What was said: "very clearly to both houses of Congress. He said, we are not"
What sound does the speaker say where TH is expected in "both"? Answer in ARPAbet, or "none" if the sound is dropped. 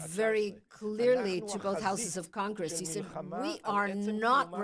TH